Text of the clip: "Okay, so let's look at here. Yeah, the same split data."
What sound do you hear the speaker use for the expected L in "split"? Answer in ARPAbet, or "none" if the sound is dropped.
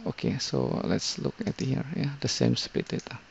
none